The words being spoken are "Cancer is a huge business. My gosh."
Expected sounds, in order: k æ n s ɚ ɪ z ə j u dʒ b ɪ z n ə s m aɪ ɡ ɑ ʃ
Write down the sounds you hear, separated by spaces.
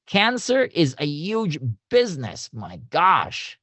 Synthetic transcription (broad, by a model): k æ n s ɚ ɪ z ə j u dʒ b ɪ z n ə s m aɪ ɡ ɑ ʃ